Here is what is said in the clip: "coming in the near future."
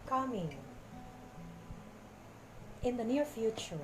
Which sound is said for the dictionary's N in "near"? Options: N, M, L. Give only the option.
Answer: N